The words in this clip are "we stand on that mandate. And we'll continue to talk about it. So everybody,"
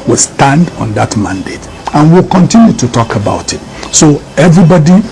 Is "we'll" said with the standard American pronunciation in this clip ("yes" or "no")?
yes